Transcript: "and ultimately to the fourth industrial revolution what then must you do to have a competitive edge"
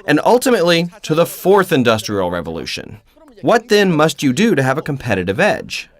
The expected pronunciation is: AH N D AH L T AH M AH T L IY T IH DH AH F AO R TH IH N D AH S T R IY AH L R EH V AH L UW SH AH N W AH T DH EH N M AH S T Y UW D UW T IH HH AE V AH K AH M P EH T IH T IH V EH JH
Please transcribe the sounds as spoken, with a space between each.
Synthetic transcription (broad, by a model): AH N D AH L T AH M AH T L IY T IH DH AH F AO R TH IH N D AH S T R IY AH L R EH V AH L UW SH AH N W AH T DH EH N M AH S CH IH D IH T IH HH V AH K AH M P EH T IH T IH V EH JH